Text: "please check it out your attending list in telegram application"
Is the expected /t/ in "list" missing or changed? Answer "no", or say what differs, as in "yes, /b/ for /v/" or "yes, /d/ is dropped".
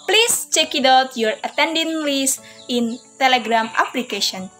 yes, /t/ is dropped